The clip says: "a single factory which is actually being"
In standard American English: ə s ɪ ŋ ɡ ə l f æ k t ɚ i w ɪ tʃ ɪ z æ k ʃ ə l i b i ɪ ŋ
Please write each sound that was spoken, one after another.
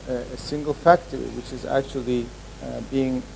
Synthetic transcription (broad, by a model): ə s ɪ ŋ ɡ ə l f æ k t ɚ i w ɪ tʃ ɪ z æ k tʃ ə l i b i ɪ ŋ